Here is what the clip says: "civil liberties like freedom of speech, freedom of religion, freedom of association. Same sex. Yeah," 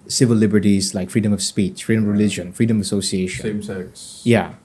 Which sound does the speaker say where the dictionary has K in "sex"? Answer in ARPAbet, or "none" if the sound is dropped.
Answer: none